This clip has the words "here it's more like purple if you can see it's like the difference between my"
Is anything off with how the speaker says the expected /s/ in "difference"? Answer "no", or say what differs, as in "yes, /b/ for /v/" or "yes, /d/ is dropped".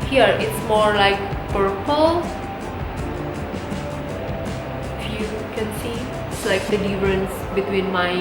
no